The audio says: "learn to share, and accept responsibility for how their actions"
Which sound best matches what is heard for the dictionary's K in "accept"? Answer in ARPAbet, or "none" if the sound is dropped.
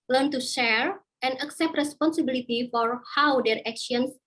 K